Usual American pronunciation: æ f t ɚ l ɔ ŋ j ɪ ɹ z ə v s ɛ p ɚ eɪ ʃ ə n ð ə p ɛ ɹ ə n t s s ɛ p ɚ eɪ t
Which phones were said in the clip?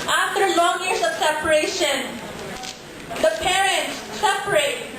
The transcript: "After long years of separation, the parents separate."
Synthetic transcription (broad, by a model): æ f t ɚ l ɔ ŋ j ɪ ɹ s ə v s ɛ p ɚ eɪ ʃ ə n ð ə p ɛ ɹ ə n t s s ɛ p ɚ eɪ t